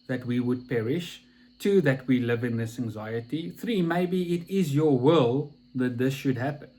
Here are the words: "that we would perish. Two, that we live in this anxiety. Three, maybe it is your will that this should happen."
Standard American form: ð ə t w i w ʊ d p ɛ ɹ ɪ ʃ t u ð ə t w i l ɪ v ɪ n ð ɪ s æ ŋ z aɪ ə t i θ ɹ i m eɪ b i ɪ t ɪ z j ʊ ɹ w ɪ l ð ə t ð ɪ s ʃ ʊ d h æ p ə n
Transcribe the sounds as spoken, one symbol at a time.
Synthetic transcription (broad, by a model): ð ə t w i w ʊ d p ɛ ɹ ɪ ʃ t u ð ə t w i l ɪ v ɪ n ð ɪ s æ ŋ z aɪ ə t i θ ɹ i m eɪ b i ɪ t ɪ z j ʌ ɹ w ɪ l ð ə t ð ɪ s ʃ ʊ d h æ p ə n